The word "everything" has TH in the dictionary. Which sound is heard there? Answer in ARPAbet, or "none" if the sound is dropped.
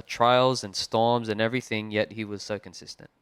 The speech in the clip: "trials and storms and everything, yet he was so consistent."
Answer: TH